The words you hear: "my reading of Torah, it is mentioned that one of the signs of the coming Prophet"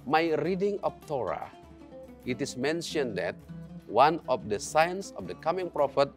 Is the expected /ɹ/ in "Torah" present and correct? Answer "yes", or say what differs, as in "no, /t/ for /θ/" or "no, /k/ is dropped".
yes